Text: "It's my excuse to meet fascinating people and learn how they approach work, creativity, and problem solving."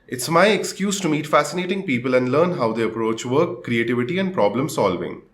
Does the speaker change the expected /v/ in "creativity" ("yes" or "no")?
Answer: no